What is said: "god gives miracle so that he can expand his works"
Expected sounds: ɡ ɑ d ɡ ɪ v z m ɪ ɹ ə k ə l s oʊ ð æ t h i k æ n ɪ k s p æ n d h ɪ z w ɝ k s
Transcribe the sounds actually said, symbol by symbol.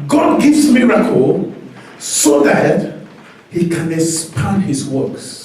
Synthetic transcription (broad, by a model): ɡ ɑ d ɡ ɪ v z m ɪ ɹ ə k ə l s oʊ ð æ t h i k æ n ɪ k s p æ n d h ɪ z w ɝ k s